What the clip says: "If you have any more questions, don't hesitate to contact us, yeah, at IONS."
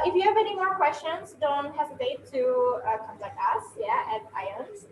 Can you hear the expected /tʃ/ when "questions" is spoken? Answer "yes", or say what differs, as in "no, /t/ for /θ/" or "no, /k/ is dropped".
yes